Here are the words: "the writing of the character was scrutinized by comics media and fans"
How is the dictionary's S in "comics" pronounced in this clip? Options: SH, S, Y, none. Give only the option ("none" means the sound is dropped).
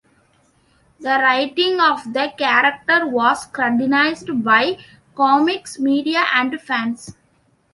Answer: S